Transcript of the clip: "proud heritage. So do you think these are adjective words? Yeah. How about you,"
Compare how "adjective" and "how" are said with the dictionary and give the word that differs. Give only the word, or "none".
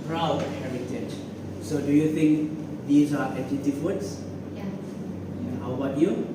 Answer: adjective